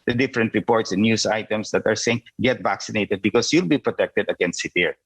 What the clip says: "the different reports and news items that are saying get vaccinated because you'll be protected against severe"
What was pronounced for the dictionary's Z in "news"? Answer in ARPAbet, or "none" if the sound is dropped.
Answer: S